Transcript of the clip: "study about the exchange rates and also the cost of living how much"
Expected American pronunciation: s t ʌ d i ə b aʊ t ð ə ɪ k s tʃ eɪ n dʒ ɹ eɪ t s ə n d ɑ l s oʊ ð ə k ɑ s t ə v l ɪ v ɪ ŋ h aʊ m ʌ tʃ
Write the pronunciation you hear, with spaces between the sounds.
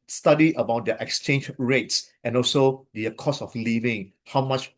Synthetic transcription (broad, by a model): s t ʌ d i ə b aʊ t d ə ɪ k s tʃ eɪ n dʒ ɹ eɪ t s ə n ɑ l s oʊ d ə k ɑ s ə f l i v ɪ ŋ h aʊ m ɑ tʃ